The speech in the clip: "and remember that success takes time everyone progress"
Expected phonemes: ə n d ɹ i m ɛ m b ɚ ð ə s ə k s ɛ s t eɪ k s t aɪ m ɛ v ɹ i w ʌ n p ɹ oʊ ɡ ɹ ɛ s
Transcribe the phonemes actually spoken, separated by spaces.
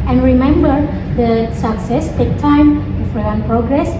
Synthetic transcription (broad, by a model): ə n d ɹ i m ɛ m b ɚ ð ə s ə k s ɛ s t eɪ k t aɪ m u f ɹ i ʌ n p ɹ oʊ ɡ ɹ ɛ s